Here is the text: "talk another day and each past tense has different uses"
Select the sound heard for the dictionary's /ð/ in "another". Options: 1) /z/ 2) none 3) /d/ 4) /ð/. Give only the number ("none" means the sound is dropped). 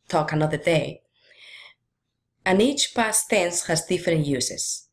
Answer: 4